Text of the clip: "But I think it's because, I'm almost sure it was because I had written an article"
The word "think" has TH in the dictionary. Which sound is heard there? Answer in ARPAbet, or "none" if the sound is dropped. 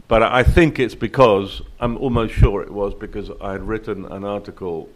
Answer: TH